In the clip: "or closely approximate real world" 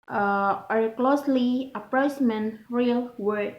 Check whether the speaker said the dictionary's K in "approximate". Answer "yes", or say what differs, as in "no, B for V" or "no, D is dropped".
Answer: no, K is dropped